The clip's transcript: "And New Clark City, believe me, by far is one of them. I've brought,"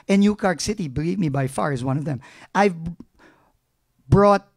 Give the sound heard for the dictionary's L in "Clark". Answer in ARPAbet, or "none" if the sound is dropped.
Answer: none